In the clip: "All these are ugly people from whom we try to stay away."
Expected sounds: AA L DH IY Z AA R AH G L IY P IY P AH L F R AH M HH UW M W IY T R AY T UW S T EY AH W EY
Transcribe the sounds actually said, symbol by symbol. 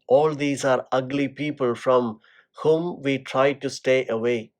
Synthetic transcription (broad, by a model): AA L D IY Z AA R AH G L IY P IY P AH L F R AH M HH UW M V IY T R AY T UW S T EY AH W EY